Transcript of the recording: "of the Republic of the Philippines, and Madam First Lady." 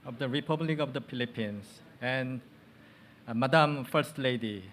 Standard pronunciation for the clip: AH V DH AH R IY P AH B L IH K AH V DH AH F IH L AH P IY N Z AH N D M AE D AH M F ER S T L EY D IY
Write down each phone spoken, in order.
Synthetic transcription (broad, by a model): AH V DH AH R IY P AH B L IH K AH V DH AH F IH L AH P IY N S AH N M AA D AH M F ER S T L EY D IY